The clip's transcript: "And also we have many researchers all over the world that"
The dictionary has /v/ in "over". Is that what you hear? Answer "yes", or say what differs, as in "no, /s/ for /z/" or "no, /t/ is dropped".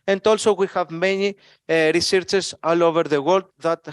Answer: yes